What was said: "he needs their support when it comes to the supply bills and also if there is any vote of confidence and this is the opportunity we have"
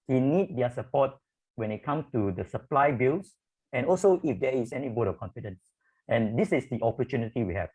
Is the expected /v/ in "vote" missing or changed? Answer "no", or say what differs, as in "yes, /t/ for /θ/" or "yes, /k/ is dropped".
yes, /b/ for /v/